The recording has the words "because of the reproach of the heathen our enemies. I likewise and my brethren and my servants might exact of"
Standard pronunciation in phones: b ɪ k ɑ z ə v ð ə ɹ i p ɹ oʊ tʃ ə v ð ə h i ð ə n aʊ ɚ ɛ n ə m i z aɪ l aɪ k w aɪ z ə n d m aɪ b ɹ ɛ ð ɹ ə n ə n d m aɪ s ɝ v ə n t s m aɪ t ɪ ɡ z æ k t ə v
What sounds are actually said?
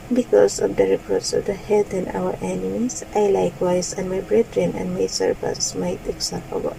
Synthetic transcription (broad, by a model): b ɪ k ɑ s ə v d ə ɹ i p ɹ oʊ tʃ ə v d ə h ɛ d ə n aʊ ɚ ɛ n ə m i s aɪ l aɪ k w aɪ s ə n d m aɪ b ɹ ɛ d ɹ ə n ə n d m aɪ s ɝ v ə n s m aɪ t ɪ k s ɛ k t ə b